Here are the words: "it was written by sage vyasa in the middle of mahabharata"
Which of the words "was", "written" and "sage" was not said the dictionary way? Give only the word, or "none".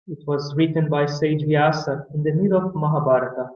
none